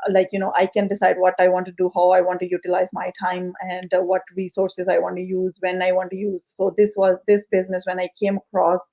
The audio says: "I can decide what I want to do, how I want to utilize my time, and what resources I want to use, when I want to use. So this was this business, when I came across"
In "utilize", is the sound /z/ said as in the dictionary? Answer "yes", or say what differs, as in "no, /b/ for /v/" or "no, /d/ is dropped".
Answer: yes